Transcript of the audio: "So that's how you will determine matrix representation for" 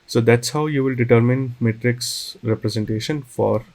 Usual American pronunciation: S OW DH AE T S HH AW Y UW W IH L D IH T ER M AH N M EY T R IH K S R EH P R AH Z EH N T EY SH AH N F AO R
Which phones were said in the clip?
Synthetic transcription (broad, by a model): S OW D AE T S HH AW Y UW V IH L D IH T ER M AH N M EY T R IH K S R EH P R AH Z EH N T EY SH AH N F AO R